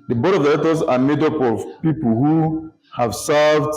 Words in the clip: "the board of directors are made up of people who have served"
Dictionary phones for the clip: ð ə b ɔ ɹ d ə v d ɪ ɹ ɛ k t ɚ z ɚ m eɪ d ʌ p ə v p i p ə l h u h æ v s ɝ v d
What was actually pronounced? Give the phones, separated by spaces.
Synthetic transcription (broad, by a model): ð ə b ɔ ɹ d ə v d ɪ l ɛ t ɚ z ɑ m eɪ d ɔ p ə v p i p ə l h u h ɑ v s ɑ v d